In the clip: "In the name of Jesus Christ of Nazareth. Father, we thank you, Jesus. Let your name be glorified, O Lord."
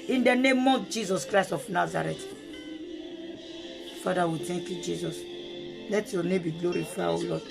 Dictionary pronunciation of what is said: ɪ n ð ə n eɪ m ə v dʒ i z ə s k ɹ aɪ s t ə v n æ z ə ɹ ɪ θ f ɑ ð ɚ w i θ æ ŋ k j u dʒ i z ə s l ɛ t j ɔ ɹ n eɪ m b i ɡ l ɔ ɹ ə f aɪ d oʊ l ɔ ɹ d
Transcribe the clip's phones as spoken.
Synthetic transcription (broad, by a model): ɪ n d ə n eɪ m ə dʒ i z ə s k ɹ aɪ s t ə f n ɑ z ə ɹ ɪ t f ɑ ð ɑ w i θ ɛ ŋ k j u dʒ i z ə s l ɛ t j ɔ n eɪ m b i ɡ l ɔ ɹ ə f aɪ oʊ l ɔ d